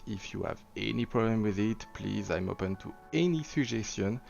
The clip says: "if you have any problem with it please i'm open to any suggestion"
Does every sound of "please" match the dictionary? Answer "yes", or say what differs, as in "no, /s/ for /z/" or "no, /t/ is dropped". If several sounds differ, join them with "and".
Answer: yes